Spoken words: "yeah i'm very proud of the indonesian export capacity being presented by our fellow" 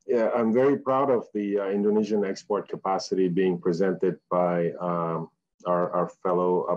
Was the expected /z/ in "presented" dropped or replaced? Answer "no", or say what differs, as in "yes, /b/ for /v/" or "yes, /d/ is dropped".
no